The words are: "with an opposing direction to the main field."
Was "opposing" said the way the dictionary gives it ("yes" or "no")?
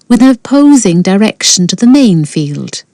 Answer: yes